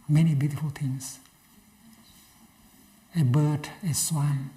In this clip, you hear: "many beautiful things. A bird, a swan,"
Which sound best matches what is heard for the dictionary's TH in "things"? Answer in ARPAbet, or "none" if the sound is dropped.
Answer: T